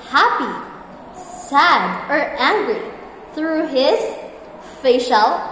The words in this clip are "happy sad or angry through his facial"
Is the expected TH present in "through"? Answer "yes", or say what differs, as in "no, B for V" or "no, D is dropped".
yes